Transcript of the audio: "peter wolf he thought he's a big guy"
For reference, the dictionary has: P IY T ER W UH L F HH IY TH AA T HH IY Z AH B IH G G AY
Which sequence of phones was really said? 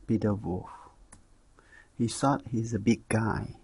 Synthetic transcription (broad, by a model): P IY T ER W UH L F HH IY S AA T HH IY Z AH B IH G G AY